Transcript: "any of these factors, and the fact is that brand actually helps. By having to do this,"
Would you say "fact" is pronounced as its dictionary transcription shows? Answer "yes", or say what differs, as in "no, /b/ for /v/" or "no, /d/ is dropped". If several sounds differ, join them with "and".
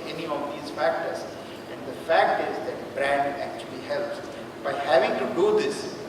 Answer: yes